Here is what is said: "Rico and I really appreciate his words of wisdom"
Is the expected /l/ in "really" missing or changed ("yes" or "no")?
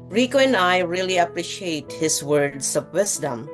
no